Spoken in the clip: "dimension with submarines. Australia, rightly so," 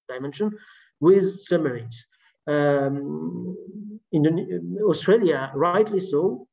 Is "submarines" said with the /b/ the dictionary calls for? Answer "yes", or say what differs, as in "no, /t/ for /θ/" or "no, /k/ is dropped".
no, /b/ is dropped